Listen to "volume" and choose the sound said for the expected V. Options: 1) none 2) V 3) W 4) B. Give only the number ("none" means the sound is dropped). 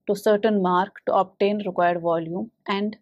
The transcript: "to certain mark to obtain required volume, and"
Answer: 2